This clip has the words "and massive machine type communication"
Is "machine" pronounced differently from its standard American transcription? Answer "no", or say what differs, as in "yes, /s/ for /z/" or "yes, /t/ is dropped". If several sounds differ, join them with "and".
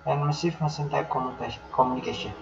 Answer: yes, /s/ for /ʃ/